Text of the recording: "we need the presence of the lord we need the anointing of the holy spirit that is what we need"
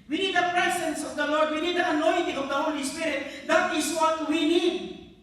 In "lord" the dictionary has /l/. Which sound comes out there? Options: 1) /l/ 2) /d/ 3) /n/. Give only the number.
1